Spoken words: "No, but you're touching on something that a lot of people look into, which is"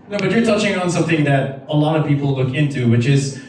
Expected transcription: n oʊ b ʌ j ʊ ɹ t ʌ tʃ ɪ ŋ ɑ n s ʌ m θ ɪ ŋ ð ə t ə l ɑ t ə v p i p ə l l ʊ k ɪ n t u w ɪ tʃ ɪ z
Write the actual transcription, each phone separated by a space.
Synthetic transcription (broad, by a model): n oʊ b ʌ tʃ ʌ ɹ t ʌ tʃ ɪ ŋ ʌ n s ʌ m θ ɪ ŋ ð ə t ə l ɑ t ə v p i p l l ʊ k ɪ n t u w ɪ tʃ ɪ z